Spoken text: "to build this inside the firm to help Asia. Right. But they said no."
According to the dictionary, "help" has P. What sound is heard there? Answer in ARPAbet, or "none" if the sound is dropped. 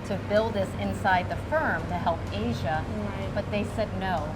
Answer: P